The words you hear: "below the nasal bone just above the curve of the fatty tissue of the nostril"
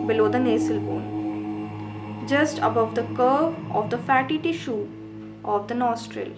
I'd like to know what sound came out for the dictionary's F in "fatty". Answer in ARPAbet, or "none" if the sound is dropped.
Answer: F